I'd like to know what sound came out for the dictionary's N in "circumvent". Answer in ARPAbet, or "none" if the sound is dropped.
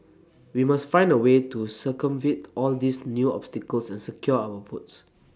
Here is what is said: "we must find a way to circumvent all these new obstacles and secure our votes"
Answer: none